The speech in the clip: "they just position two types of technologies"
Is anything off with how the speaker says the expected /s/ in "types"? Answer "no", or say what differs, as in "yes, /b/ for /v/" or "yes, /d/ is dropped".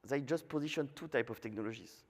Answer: yes, /s/ is dropped